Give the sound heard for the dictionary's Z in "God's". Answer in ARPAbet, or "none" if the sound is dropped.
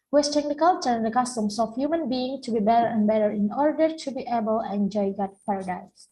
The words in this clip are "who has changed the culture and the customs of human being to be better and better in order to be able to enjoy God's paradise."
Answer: none